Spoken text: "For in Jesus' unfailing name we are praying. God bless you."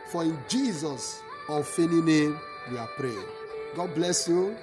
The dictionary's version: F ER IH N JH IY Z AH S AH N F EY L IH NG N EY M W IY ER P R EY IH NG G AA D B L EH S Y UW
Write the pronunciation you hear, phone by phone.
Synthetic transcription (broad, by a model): F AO IH N JH IY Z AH S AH F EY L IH N EY M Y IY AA P R EY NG G AA D B L EH S Y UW